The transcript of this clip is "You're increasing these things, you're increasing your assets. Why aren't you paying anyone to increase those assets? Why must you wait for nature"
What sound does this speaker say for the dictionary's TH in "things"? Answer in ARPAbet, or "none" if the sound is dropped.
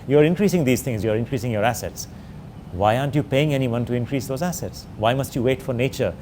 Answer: T